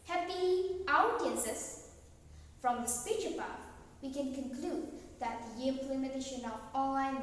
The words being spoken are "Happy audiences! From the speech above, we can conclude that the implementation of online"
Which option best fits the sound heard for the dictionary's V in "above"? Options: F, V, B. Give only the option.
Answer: F